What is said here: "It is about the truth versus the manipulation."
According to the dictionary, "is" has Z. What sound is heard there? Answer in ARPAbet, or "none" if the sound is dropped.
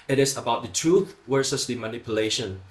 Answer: S